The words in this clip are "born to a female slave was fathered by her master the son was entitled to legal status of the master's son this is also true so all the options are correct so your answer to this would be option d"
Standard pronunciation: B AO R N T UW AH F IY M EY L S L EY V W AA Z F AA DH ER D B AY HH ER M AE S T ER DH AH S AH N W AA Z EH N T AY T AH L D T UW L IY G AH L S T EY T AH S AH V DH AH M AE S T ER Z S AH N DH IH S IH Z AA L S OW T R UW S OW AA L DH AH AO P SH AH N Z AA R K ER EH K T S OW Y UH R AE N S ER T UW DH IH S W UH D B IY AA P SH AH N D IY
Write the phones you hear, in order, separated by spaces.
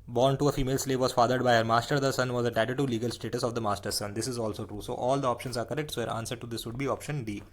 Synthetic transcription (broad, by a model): B AO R N T UW AH F IY M EY L S L EY V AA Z F AA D ER D B AY HH ER M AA S T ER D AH S AH N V AA Z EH T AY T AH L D T UW L IY G AH L S T EY T AH S AH V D AH M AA S T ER S AH N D IH S IH Z AA L S OW T R UW S OW AA L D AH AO P SH AH N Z AA R K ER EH K T S OW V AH R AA N S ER T UW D IH S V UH D B IY AA P SH AH N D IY